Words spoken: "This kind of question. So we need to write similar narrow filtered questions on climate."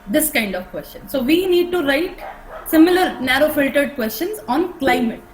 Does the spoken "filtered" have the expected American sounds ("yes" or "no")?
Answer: yes